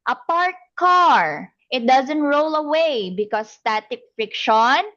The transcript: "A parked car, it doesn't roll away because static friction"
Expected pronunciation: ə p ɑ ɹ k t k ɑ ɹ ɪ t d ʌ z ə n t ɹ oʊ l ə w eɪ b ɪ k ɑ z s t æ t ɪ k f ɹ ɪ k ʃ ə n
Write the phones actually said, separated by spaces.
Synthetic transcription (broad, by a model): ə p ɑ ɹ t k ɑ ɹ ɪ t d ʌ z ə n t ɹ oʊ l ə w eɪ b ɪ k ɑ s t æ t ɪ k f ɹ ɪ k ʃ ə n